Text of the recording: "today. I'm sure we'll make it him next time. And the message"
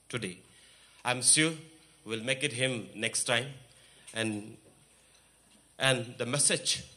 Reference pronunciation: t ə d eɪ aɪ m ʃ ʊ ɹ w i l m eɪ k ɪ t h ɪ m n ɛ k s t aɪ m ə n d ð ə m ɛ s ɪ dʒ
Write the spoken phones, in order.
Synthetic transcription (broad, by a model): t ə d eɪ aɪ m s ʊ w i l m eɪ k ɪ t h ɪ m n ɛ k s t aɪ m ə n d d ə m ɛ s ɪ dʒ